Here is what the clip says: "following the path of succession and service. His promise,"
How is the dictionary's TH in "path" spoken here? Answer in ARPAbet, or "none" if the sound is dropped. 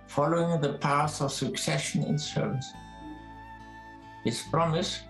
S